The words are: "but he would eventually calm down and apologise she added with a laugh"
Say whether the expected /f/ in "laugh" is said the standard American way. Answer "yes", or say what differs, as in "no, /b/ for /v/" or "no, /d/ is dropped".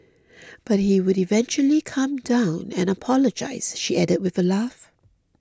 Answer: yes